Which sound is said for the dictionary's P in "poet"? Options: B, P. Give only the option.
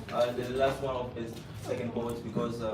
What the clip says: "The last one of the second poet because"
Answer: B